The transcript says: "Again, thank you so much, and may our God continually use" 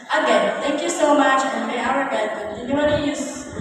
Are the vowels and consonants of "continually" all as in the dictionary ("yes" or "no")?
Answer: no